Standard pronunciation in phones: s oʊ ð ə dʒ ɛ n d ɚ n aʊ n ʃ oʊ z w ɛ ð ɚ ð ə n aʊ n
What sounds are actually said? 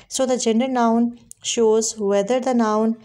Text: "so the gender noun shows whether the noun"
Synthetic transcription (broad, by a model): s oʊ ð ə dʒ ɛ n d ɚ n aʊ n ʃ oʊ z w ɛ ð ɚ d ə n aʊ n